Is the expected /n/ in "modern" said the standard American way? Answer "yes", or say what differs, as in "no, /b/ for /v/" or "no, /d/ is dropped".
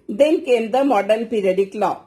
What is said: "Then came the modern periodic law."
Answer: no, /l/ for /n/